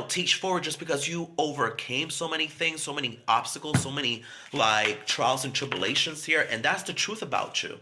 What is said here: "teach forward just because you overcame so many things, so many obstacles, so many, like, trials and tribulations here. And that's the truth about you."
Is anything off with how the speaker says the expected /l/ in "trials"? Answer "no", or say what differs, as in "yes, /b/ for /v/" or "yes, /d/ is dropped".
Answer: no